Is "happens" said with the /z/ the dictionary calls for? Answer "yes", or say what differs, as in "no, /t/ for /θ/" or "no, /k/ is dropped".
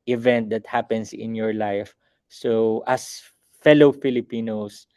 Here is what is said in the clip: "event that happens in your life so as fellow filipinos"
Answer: no, /s/ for /z/